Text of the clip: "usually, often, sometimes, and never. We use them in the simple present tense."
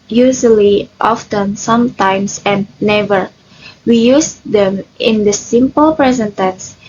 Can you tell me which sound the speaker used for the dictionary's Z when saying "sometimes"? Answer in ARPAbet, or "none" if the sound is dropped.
S